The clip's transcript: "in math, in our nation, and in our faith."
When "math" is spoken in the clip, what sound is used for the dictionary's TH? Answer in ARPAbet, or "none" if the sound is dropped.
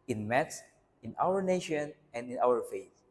S